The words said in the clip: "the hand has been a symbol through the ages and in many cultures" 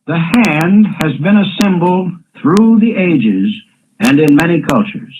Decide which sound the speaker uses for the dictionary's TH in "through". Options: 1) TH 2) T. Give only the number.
1